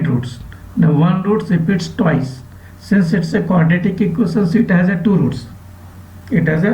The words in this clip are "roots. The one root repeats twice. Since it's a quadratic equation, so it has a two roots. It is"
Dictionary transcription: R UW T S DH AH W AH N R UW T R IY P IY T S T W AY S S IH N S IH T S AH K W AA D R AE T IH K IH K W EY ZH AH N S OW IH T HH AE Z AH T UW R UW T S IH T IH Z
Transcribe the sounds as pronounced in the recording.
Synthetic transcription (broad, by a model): R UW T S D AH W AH N R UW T R IY P IY T S T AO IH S S IH N S IH T S AH K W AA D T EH T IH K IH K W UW S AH N S IH T HH AE Z AH T UW R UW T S IH T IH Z